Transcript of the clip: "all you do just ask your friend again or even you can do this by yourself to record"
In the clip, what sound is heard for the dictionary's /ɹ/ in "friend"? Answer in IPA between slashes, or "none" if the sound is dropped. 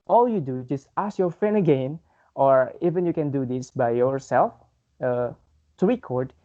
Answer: none